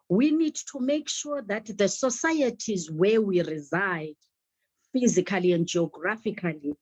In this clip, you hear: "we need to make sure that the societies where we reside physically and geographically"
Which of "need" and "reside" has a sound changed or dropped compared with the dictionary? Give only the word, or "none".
none